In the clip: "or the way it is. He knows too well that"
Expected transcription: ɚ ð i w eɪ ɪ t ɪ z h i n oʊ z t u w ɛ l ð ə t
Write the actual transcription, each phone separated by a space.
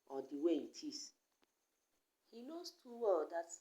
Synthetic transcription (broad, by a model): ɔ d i w eɪ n t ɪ s h i n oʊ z t u w ɛ l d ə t